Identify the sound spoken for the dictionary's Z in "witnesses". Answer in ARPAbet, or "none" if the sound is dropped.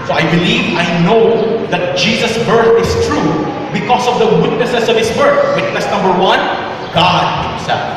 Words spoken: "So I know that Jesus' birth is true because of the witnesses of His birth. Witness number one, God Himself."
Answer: S